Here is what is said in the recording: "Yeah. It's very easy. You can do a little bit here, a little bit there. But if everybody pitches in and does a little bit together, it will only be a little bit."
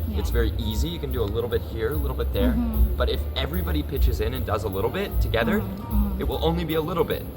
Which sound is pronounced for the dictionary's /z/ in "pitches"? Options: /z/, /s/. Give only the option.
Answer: /z/